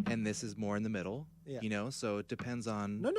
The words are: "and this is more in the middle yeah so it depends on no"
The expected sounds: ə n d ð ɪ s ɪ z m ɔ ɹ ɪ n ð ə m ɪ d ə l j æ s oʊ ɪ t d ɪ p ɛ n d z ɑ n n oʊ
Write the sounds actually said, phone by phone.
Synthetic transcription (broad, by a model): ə n ð ɪ s ɪ z m ɔ ɹ ɪ n ð ə m ɪ d l j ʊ s oʊ ɪ t d ɪ p ɛ n d z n n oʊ